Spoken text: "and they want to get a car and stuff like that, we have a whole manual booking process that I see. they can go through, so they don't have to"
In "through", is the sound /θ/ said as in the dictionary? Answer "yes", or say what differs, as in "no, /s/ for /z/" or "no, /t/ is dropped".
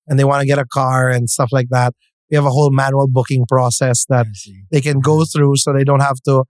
yes